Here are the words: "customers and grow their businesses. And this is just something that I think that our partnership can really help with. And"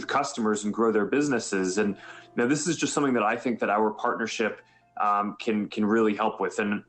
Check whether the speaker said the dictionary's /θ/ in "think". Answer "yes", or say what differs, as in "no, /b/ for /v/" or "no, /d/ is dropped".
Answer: yes